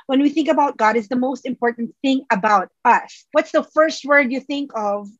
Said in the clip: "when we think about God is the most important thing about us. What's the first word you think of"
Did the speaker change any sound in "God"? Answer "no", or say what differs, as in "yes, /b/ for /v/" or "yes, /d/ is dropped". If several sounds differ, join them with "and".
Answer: no